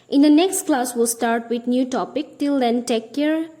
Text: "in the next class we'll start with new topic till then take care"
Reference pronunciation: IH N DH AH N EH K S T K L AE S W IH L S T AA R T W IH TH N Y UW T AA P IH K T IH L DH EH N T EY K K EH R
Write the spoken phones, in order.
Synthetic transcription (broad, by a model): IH N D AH N EH K S T K L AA S W IH L S T AA R T W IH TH N Y UW T AA P IH K T IH L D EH N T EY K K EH R